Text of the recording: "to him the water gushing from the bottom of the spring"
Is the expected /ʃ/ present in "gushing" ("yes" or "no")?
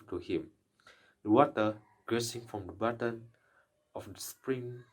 no